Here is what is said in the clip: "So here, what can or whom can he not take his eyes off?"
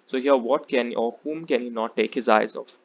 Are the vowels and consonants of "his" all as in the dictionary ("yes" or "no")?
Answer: yes